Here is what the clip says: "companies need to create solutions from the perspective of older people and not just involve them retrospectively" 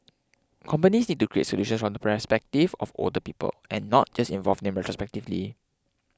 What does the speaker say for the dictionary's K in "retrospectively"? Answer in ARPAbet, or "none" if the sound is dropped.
K